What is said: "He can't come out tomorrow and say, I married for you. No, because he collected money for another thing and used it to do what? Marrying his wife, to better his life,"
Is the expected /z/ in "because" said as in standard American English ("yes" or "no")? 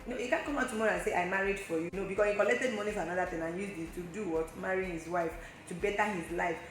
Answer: no